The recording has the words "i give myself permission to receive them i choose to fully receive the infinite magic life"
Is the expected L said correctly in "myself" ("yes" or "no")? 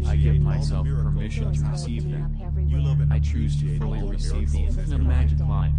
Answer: yes